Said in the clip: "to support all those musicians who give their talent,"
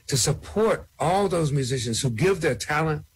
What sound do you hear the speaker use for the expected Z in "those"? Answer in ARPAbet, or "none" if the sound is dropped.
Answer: Z